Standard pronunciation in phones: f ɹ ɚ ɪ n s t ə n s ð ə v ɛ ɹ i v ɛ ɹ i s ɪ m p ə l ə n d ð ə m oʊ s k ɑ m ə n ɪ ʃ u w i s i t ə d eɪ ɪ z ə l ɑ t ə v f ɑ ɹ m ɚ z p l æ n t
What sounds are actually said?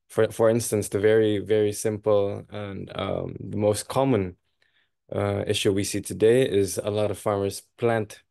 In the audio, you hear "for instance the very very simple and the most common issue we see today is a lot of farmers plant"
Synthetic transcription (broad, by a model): f ɹ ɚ ɪ n s t ə n s ð ə v ɛ ɹ i v ɛ ɹ i s ɪ m p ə l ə n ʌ ð ə m oʊ s k ɑ m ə n ɪ ʃ u w i s i t ə d eɪ ɪ z ə l ɑ t ə v f ɑ ɹ m ɚ z p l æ n t